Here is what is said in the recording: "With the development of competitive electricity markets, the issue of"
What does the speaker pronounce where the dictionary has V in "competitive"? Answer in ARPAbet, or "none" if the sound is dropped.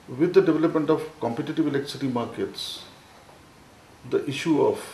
V